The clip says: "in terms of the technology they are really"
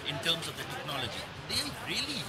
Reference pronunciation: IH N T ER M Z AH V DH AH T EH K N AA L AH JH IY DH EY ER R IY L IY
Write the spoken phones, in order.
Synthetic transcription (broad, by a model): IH N T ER M S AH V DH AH T EH K N AA L AH JH IY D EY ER R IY L IY